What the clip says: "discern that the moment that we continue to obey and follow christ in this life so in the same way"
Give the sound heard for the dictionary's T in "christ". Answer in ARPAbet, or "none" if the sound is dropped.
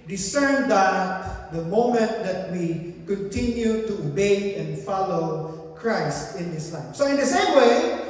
T